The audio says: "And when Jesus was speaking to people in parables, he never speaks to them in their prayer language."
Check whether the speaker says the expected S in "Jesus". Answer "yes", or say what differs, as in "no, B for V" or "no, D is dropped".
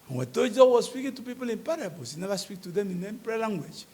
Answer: no, S is dropped